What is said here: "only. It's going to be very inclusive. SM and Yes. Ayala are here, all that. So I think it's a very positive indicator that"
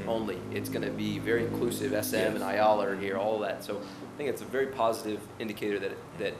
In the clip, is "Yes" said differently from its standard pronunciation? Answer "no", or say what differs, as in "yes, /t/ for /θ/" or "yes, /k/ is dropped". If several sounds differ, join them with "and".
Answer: yes, /s/ is dropped